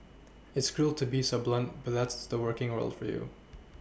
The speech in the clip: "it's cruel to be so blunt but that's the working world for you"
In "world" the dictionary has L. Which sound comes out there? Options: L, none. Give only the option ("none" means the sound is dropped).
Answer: L